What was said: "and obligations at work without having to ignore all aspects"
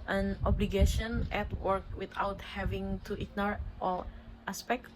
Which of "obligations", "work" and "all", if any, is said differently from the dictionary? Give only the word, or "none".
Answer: obligations